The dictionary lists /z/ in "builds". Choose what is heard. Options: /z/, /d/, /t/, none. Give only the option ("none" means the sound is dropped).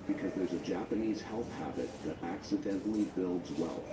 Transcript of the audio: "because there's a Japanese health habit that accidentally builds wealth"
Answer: /z/